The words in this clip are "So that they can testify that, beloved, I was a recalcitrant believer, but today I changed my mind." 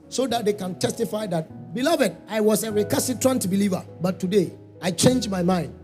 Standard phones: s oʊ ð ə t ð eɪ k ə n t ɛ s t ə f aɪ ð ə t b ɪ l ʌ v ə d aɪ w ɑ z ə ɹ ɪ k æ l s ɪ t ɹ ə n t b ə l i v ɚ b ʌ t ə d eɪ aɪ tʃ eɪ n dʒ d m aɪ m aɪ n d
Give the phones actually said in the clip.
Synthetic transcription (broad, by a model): s oʊ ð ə t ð eɪ k ə n t ɛ s t ə f aɪ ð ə t b ɪ l ʌ v ə d aɪ w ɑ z ə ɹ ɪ k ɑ s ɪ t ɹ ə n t b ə l i v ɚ b ʌ t ə d eɪ aɪ tʃ eɪ n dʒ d m aɪ m aɪ n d